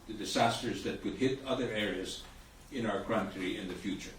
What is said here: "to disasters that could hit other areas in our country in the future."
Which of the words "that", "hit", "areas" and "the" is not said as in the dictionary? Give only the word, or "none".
none